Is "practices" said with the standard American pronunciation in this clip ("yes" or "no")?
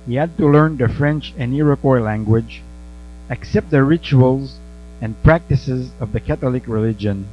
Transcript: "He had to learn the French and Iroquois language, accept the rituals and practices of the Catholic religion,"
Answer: yes